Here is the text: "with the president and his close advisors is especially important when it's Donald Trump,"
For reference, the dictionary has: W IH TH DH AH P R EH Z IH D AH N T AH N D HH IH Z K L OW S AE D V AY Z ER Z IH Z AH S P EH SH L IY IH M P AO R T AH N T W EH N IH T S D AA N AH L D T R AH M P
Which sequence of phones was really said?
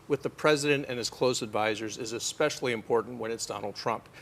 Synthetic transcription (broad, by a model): W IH DH AH P R EH Z IH D AH N T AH N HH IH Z K L OW S AE D V AY Z ER Z IH Z AH S P EH SH L IY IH M P AO R T N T W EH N IH T S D AA N L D T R AH M P